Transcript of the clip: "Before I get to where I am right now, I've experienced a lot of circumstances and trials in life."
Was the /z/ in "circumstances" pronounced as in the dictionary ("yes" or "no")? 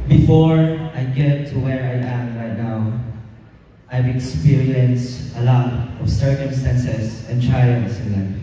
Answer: no